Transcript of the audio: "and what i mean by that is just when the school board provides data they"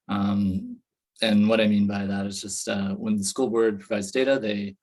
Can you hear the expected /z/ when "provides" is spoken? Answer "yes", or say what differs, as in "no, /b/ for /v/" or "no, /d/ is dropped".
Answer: yes